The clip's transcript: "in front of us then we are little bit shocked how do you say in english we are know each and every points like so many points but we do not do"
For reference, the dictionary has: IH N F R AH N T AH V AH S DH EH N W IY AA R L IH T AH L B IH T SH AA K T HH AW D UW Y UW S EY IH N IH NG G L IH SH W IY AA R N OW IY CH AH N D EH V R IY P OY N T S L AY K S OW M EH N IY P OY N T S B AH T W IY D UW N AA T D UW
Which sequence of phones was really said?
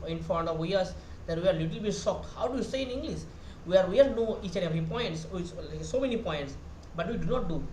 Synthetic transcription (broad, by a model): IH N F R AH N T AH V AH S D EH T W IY AA R L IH T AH L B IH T S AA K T HH AW D UW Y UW S EY IH N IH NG G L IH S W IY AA R N OW IY CH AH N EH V R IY P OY N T S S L S OW M EH N IY P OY N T S B AH T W IY D UW N AA T D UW